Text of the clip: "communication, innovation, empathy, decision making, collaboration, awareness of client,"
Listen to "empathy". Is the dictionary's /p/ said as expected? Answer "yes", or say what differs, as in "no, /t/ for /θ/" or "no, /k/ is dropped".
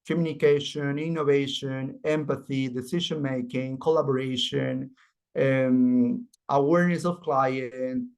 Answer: yes